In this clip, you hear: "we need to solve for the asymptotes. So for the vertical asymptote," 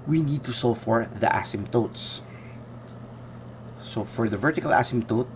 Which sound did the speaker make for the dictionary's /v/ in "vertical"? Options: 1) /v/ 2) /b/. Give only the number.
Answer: 1